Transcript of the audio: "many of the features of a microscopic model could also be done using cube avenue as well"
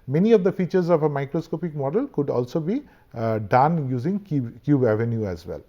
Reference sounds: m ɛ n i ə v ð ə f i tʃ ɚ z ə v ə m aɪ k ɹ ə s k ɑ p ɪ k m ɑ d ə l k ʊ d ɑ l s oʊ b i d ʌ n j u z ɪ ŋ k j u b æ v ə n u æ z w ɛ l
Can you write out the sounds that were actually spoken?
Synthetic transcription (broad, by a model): m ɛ n i ə v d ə f i tʃ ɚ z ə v ə m aɪ k ɹ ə s k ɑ p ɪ k m ɑ d ə l k ʊ d ɑ l s oʊ b i d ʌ n j u z ɪ ŋ k j u b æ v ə n u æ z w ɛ l